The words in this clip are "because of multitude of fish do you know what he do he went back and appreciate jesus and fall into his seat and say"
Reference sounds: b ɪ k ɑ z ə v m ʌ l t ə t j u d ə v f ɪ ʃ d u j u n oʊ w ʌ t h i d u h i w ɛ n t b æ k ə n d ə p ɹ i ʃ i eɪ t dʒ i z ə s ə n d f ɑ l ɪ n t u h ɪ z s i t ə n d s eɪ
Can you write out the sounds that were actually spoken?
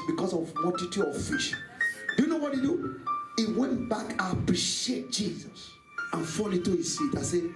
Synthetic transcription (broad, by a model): b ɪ k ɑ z ə v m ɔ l t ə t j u ə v f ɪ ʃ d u j u n oʊ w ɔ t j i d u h i w ɛ n t b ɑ k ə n ə p ɹ i ʃ i eɪ t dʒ i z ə s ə n f ɑ l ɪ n t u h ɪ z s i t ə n s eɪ